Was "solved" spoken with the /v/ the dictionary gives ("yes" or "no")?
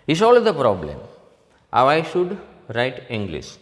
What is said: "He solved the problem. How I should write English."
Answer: no